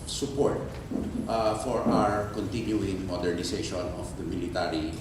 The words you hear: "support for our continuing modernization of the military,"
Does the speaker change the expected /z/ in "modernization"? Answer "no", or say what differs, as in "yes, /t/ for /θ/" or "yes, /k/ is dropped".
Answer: yes, /s/ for /z/